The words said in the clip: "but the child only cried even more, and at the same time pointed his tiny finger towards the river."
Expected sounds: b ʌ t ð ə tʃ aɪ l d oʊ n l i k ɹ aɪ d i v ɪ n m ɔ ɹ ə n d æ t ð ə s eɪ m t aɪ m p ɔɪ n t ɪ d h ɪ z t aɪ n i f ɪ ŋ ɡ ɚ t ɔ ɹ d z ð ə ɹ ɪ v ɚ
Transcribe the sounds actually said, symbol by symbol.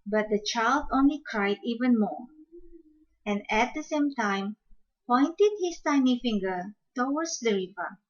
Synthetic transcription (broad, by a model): b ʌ t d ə tʃ aɪ l d oʊ n l i k ɹ aɪ d i v ɪ n m ɔ ɹ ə n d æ t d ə s eɪ m t aɪ m p ɔɪ n t ɪ d h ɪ s t aɪ n i f ɪ ŋ ɡ ɚ t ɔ w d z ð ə ɹ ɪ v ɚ